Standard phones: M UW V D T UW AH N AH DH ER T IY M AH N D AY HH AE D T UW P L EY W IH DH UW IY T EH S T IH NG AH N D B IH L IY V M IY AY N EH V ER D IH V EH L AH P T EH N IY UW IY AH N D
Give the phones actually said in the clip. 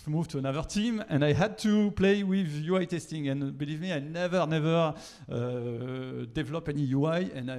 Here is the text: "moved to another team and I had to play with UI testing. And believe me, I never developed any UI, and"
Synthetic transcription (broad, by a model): M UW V T UW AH N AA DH ER T IY M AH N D AY HH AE D T UW P L EY W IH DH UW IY T EH S T IH NG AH N B IH L IY V M IY AY N EH V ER D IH V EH L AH P EH N IY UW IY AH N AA